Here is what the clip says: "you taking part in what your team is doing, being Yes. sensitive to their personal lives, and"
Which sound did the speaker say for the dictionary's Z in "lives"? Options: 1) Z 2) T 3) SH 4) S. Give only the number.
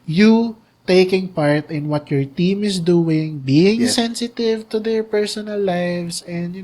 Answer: 4